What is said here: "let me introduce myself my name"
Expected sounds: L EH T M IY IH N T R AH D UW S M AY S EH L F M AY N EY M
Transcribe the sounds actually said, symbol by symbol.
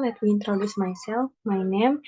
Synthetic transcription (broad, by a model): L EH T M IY IH N T R AH D UW S M AY S EH L F M AY N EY M